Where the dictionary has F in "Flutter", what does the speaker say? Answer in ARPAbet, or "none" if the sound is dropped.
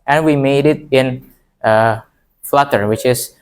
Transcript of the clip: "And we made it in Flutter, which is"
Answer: F